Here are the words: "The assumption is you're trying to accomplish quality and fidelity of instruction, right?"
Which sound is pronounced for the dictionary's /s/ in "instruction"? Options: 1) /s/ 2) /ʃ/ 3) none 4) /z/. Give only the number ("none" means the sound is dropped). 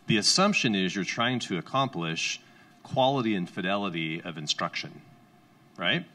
1